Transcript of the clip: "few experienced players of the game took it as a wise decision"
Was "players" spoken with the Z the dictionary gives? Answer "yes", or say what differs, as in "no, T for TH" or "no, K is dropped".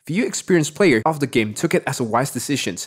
no, Z is dropped